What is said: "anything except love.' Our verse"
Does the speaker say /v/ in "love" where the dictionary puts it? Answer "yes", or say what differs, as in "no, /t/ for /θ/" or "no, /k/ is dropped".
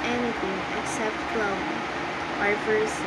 no, /b/ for /v/